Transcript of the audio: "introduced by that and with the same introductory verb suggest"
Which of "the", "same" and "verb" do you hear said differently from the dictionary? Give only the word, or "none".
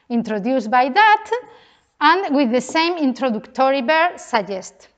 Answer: verb